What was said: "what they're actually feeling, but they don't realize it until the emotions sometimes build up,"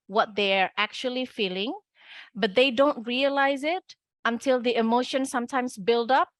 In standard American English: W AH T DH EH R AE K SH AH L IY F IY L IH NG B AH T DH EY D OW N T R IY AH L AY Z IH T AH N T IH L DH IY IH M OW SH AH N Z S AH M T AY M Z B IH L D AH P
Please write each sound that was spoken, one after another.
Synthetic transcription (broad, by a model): W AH T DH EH R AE K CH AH L IY F IY L IH NG B AH T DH EY D OW N T R IY AH L AY Z IH T AH N T IH L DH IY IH M OW SH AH N S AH M T AY M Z B IH L D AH P